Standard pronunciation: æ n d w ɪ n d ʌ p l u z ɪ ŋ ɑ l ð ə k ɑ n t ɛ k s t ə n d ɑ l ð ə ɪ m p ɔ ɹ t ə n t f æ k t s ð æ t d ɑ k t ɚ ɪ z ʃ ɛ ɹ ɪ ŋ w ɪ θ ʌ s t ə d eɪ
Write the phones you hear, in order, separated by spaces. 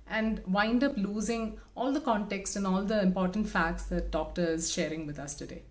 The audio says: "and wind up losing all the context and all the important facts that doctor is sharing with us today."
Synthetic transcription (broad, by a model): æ n d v ɪ n d ʌ p l u z ɪ ŋ ɑ l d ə k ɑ n t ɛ k s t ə n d ɑ l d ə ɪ m p ɔ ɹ t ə n t f æ k t s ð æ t d ɑ k t ɚ ɪ z ʃ ɛ ɹ ɪ ŋ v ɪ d ʌ s t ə d eɪ